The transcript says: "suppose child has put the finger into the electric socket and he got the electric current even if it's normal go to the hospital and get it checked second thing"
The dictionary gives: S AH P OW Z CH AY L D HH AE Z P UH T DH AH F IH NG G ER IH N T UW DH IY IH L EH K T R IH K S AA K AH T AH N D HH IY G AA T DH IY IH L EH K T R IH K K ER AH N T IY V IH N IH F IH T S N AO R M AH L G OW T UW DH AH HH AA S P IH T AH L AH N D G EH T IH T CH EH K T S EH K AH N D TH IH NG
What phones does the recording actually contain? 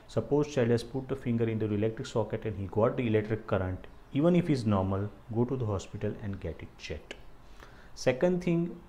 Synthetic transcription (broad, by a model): S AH P OW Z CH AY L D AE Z P UH T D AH F IH NG G ER IH N T UW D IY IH L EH K T R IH K S AA K AH T AH N D HH IY G AA T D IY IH L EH K T R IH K K ER AH N T IY V IH N IH F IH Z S N AO R M AH L G OW T UW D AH HH AA S P IH T AH L AH N D G EH T IH T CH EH T S EH K AH N D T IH NG